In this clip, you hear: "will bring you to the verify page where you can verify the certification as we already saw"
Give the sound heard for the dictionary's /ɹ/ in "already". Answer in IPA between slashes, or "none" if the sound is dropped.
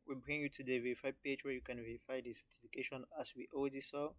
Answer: /w/